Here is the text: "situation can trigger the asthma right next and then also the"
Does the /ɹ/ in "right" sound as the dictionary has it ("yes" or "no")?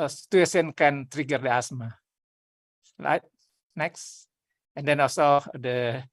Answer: no